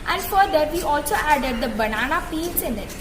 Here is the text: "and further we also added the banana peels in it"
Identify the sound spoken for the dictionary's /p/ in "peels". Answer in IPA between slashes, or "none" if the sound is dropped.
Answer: /f/